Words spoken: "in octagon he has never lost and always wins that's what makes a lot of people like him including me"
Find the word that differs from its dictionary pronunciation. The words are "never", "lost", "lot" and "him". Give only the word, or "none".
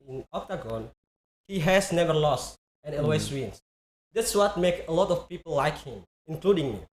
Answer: none